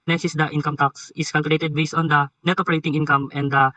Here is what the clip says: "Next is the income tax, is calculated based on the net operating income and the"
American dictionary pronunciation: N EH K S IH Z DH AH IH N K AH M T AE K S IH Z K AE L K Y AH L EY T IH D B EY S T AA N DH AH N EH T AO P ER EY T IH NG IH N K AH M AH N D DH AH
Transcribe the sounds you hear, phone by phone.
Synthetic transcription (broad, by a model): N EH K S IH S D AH IH N K AH M T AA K S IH S K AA L K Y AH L EY T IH D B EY S AA N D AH N EH T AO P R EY T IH NG IH N K AH M AH N D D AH